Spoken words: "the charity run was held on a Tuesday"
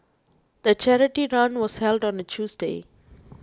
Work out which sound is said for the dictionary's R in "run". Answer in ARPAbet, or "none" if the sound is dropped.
R